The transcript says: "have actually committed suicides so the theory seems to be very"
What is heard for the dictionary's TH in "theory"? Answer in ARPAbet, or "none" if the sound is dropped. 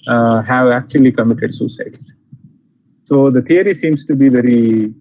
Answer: T